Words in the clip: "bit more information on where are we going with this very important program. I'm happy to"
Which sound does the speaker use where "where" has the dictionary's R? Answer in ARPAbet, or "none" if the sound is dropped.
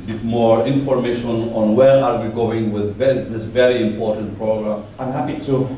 R